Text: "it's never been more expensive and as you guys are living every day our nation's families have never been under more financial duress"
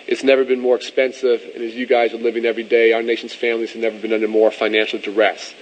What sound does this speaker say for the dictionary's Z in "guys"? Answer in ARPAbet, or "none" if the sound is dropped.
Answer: Z